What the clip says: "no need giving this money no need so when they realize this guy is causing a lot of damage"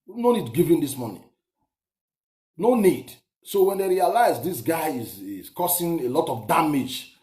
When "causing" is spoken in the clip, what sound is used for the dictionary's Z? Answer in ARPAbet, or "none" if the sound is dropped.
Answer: S